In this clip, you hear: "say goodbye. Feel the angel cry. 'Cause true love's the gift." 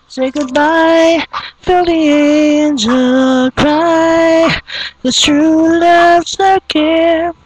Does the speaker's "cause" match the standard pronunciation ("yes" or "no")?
no